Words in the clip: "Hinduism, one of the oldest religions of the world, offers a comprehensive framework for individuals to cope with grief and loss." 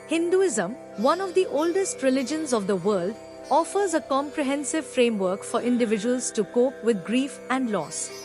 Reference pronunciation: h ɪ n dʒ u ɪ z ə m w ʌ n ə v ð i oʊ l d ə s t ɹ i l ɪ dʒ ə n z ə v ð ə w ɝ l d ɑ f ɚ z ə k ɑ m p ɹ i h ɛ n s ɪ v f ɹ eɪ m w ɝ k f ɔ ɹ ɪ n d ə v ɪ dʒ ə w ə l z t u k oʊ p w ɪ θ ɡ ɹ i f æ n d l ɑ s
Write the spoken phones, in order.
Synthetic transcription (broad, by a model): h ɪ n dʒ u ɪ z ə m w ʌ n ə v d i oʊ l d ə s t ɹ i l ɪ dʒ ə n z ə v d ə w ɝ l d ɑ f ɚ z ə k ɑ m p ɹ i h ɛ n s ɪ v f ɹ eɪ m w ɝ k f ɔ ɹ ɪ n d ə v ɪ dʒ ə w ə l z t u k oʊ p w ɪ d ɡ ɹ i f æ n d l ɑ s